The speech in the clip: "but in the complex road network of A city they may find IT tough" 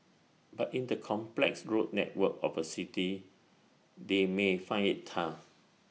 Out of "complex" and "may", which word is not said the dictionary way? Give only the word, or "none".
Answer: none